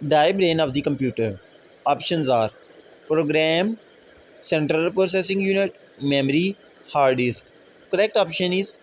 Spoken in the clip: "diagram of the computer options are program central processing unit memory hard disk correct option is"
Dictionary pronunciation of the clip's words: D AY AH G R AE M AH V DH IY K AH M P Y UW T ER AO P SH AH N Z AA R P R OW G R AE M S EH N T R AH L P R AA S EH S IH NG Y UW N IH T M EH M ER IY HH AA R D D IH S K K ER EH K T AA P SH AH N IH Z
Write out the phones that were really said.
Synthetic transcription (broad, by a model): D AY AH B R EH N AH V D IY K AH M P Y UW T ER AO P SH AH N Z AA R P R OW G R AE M S EH N T R AH L P R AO S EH S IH NG Y UW N IH T M EH M ER IY HH AA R D D IH S K K ER EH K T AA P SH AH N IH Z